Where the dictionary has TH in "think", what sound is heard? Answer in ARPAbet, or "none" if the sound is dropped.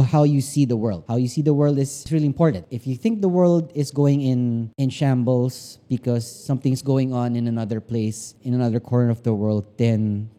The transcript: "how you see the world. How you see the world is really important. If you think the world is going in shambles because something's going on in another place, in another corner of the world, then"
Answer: TH